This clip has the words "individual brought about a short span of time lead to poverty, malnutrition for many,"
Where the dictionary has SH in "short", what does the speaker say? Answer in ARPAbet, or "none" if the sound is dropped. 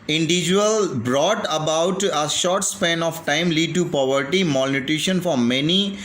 SH